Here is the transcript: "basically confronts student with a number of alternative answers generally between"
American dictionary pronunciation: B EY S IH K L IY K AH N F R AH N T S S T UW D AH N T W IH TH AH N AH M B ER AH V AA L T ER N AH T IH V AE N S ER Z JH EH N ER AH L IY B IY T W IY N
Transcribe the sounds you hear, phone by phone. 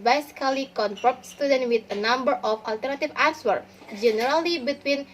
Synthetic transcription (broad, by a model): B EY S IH K L IY K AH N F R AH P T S S T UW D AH N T W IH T AH N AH M B ER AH F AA L T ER N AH T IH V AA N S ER JH EH N ER AH L IY B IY T W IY N